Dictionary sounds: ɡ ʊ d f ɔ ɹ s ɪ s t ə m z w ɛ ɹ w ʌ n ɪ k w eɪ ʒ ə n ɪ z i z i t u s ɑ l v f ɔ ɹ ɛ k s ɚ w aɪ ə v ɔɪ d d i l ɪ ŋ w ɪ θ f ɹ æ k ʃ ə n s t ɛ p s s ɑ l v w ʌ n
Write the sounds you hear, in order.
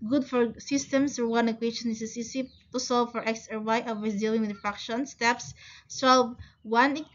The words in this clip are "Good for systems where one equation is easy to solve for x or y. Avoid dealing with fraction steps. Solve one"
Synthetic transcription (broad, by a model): ɡ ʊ d f ɔ ɹ s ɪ s t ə m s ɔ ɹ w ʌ n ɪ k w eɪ ʃ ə n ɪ s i s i t u s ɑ l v f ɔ ɹ ɛ k s ɚ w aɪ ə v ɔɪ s d i l ɪ ŋ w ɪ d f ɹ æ k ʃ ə n s t ɛ p s s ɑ l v w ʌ n